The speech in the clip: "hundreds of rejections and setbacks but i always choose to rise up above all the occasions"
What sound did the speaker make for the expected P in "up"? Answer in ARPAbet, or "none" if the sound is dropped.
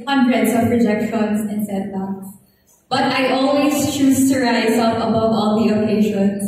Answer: F